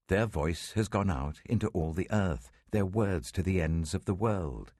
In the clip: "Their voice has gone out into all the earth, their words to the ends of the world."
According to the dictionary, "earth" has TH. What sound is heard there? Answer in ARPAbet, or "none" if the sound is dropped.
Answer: TH